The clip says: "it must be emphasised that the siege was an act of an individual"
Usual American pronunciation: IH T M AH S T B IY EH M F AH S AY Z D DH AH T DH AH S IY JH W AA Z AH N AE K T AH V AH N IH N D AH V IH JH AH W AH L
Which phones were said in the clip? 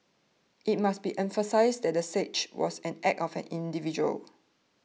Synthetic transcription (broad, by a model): IH T M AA S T B IY EH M F AH S AY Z D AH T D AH S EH CH W AA S AH N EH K AH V AH N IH N D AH V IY JH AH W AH L